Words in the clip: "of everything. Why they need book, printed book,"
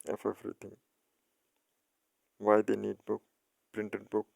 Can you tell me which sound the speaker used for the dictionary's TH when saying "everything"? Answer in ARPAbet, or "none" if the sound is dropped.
T